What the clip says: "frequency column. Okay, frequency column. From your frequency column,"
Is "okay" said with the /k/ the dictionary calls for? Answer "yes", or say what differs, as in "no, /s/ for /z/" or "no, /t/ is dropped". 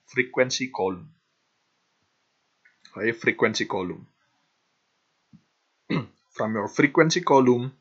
no, /k/ is dropped